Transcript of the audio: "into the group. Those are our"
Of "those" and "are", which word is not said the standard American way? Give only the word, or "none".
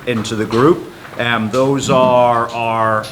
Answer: none